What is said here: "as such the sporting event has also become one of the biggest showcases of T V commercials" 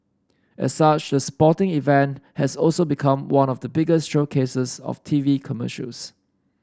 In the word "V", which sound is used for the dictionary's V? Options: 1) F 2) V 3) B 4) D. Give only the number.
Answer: 2